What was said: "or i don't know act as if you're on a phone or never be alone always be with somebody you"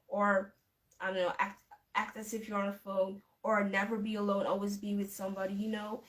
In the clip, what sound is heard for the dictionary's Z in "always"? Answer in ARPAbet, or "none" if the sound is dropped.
Z